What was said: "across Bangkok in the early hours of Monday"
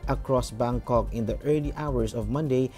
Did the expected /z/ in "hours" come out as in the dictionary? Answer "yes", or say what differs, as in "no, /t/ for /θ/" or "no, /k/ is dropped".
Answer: no, /s/ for /z/